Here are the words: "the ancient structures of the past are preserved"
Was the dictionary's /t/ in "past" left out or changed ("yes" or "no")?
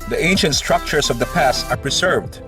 no